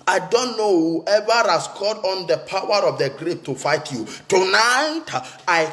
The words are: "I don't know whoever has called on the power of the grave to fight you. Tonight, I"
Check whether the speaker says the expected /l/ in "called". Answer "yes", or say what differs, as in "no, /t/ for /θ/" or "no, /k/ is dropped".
no, /l/ is dropped